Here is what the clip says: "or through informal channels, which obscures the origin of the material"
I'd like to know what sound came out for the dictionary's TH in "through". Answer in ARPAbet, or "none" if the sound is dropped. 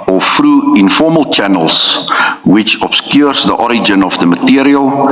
F